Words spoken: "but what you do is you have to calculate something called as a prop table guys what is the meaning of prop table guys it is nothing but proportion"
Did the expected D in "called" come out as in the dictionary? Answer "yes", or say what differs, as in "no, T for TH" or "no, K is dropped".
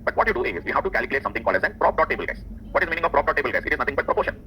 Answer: no, D is dropped